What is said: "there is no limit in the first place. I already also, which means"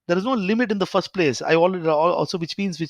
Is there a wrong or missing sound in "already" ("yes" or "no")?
yes